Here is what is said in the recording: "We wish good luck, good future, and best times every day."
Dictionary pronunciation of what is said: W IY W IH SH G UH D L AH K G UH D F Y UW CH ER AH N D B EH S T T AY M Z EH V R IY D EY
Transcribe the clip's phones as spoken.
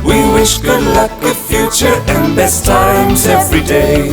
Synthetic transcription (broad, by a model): W IY W IH SH G UH D L AH K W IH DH F Y UW CH ER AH N B EH S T T AY M Z EH V R IY D EY